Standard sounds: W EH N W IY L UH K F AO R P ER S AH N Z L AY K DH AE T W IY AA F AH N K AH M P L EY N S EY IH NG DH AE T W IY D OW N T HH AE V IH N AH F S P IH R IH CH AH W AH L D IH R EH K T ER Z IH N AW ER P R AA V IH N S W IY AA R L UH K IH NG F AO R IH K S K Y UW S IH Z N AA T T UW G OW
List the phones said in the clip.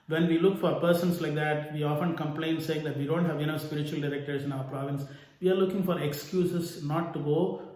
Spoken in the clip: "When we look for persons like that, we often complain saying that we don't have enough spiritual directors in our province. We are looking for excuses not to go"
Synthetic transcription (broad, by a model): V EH N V IY L UH K F AO R P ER S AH N S L AY K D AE T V IY AA F AH N K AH M P L EY N S EY IH NG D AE T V IY D OW N T HH AE V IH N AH S P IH R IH CH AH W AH L D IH R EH K T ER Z IH N AW ER P R AA V IH N S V IY AA R L UH K IH NG F AO R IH K S K Y UW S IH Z N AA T T UW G OW